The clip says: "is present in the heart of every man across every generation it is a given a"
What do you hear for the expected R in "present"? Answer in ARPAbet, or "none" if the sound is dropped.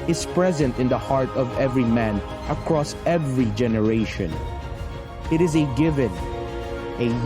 R